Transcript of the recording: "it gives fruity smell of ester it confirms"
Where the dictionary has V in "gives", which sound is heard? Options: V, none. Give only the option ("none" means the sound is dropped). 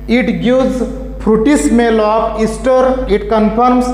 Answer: none